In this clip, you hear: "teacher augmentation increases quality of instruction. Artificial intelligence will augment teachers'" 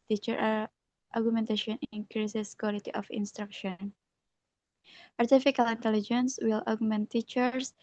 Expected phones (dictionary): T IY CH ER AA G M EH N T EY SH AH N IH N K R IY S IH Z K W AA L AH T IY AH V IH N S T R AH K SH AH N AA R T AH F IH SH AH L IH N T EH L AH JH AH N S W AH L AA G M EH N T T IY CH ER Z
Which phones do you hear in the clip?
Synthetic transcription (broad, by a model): T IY CH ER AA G M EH N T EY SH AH N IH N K R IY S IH S K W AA L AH T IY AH F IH N S T R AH K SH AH N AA R T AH F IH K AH L IH N T EH L AH JH AH N S W AH L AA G M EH N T T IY CH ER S